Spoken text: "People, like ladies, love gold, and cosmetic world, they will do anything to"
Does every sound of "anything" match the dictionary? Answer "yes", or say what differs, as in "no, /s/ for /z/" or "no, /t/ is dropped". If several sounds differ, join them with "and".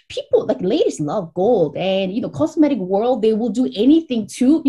yes